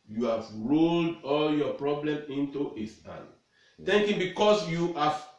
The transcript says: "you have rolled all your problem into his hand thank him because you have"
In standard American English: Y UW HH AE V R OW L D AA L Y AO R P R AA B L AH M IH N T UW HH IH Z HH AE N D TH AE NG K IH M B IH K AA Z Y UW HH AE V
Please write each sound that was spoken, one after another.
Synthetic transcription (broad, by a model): Y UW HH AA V R OW L D AA L Y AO P R AA B L AH M IH N T UW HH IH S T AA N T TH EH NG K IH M B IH K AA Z Y UW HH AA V